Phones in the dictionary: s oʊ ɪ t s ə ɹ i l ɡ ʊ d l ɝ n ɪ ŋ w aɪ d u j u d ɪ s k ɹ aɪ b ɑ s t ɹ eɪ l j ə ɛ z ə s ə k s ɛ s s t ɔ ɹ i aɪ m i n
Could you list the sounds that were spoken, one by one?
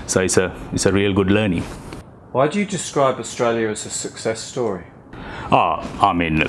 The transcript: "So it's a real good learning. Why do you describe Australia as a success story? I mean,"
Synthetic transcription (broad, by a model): s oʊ ɪ t s ə ɹ i l ɡ ʊ d l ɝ n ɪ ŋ w aɪ d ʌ j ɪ d ɪ s k ɹ aɪ b ɑ s t ɹ eɪ l j ə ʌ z ə s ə k s ɛ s s t ɔ ɹ i aɪ m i n